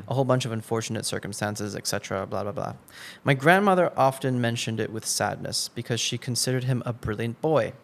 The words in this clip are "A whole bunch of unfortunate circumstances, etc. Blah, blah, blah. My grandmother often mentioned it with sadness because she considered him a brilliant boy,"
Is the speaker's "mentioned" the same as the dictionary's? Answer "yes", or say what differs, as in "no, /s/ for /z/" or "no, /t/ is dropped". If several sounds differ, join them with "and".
yes